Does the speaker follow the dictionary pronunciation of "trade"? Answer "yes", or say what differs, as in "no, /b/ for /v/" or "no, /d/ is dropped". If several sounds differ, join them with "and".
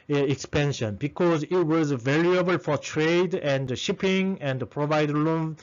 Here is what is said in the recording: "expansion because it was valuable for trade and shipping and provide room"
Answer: yes